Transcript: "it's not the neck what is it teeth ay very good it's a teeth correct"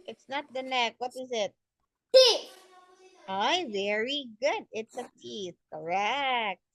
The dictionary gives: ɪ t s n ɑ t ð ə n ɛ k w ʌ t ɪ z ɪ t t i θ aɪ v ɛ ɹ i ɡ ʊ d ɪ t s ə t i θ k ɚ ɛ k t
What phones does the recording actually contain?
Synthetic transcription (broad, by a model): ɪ t s n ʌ t ð ə n ɛ k w ʌ t ɪ z ɪ t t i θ aɪ v ɛ ɹ i ɡ ʊ d ɪ t s ə t i θ k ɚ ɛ k t